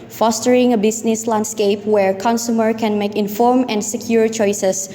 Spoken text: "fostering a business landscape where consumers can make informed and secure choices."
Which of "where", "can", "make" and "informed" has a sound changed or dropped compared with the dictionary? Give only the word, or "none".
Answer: informed